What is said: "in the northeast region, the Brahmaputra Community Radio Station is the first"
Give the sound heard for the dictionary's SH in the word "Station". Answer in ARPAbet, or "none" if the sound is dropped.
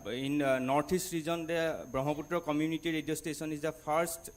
S